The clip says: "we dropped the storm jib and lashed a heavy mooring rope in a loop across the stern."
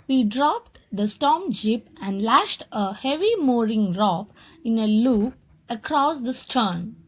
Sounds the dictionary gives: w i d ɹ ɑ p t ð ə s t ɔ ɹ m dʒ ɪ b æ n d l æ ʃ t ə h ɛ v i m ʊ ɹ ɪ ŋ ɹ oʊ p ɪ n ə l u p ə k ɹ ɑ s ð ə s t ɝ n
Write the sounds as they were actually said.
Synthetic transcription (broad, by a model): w i d ɹ ɑ p t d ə s t ɔ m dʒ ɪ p æ n d l æ ʃ t ə h ɛ v i m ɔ ɹ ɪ ŋ ɹ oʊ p ɪ n ə l u p ə k ɹ ɑ s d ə s t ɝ n